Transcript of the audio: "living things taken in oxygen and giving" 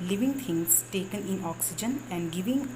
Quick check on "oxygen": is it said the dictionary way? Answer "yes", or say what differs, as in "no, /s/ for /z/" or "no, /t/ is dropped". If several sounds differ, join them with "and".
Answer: yes